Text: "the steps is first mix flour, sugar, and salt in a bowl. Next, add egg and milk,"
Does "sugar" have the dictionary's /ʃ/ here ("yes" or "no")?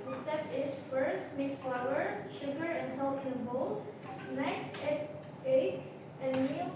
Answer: yes